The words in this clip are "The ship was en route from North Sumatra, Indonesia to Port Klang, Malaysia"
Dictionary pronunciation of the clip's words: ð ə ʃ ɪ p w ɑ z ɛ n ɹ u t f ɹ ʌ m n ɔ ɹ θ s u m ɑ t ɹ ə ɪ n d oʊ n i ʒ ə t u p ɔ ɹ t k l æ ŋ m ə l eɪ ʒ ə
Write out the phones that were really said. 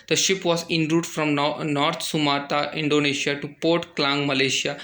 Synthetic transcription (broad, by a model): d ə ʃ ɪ p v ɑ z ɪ n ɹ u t f ɹ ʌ m n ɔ ɹ t s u m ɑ t ə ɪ n d oʊ n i ʃ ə t u p ɔ ɹ t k l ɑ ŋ m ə l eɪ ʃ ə